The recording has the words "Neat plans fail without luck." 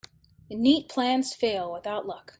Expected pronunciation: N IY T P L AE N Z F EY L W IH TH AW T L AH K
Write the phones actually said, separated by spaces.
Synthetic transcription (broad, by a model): N IY T P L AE N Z F EY L W IH TH AW T L AH K